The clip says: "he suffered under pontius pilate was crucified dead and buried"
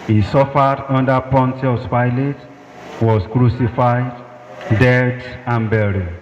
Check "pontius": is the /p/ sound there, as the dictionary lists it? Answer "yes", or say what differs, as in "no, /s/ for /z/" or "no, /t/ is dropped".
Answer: yes